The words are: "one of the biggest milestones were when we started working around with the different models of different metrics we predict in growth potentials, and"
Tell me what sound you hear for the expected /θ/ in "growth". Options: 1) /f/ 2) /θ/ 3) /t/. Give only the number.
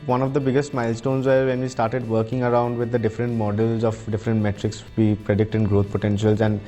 3